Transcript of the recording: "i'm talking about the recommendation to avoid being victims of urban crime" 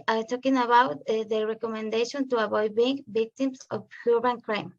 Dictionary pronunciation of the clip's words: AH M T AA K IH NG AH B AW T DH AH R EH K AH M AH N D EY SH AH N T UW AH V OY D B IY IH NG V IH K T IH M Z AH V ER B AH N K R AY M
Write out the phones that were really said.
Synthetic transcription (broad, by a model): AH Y T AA K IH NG AH B AW T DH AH R EH K AH M AH N D EY SH AH N T UW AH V OY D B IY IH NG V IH K T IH M S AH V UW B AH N K R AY M